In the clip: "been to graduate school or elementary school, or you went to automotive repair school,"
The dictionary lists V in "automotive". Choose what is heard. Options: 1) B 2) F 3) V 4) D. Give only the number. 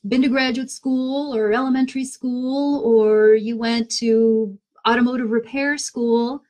3